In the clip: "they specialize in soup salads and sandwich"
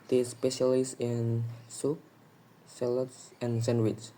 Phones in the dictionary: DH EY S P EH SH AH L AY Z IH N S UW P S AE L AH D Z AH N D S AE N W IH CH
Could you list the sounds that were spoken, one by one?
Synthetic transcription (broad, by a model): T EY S P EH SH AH L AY S IH N S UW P S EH L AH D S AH N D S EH N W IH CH